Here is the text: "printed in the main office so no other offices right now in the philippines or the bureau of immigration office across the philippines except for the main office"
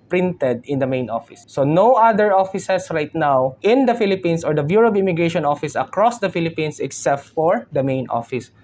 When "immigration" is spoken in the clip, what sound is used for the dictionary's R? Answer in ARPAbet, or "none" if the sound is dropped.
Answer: R